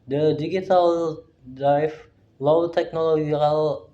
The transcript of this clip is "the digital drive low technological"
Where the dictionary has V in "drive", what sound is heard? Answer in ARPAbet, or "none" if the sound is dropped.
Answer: F